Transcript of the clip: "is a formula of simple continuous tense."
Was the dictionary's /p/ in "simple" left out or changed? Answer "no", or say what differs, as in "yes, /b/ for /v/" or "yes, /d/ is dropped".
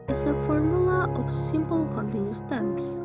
no